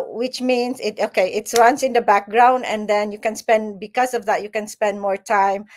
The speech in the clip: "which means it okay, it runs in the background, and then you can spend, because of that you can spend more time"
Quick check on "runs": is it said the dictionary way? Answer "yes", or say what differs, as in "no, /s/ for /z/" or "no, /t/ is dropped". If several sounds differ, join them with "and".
no, /w/ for /ɹ/ and /s/ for /z/